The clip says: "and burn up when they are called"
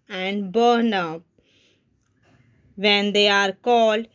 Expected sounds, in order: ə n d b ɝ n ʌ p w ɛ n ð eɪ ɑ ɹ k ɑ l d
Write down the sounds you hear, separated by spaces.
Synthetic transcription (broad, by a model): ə n d b ɝ n ʌ p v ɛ n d eɪ ɑ ɹ k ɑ l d